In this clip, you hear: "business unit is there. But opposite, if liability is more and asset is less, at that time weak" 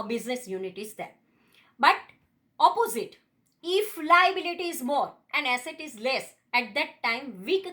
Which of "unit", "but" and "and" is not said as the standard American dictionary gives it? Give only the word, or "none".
none